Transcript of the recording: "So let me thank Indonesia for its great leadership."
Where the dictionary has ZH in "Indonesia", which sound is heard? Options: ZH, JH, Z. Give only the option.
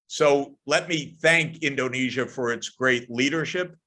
ZH